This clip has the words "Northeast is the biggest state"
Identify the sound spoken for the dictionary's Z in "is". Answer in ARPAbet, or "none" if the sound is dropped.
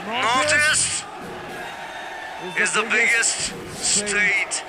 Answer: Z